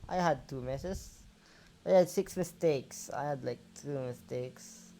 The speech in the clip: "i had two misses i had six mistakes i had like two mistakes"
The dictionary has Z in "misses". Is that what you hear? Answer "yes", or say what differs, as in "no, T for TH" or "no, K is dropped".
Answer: no, S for Z